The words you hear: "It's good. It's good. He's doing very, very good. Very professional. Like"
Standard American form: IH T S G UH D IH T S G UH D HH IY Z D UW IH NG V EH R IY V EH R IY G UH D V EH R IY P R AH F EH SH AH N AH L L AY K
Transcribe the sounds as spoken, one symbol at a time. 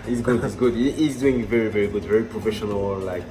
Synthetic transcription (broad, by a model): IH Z G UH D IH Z G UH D HH IY Z D UW IH NG V EH R IY V EH R IY G UH D V EH R IY P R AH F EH SH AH N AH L L AY K